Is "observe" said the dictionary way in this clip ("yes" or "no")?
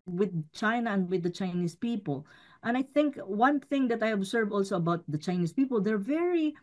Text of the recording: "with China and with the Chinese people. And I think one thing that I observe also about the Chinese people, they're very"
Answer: no